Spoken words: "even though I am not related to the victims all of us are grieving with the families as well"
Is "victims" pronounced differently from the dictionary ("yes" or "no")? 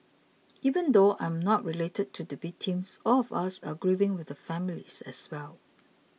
yes